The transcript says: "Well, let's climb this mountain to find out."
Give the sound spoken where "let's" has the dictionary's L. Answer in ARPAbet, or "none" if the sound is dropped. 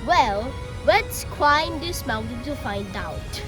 W